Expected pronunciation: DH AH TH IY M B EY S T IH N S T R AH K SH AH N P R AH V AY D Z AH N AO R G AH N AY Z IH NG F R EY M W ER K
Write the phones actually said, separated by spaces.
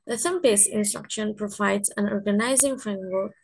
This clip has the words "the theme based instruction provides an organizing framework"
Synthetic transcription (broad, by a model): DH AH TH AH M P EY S IH N S T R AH K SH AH N P R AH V AY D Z AH N AO R G AH N AY Z IH NG F R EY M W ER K